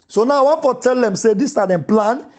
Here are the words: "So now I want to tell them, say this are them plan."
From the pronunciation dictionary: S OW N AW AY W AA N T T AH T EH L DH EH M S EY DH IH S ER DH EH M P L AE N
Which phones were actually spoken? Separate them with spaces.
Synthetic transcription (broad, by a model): S OW N AW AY W AA N T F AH T EH L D EH M S EY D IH S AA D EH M P L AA N